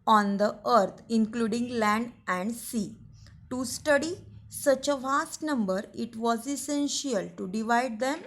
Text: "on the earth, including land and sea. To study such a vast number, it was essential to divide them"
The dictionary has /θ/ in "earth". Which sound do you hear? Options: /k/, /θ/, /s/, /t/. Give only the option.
/t/